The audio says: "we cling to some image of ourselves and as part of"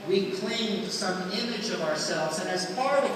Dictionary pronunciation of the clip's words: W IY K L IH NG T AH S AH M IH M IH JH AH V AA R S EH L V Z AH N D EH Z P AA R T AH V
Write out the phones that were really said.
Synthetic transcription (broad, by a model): W IY K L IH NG S AH M IH M IH JH AH V AA R S EH L V Z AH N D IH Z F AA R